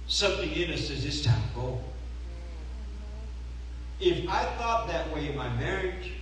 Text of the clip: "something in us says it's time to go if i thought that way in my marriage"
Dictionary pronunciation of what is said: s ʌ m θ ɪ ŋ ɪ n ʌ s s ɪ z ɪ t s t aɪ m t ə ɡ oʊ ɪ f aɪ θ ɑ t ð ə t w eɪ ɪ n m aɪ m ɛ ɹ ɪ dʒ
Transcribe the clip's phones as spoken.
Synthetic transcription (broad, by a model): s ʌ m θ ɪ ŋ ɪ n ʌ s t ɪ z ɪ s t aɪ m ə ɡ oʊ ɪ f aɪ θ ɑ t ð ə t w eɪ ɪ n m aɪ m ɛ ɹ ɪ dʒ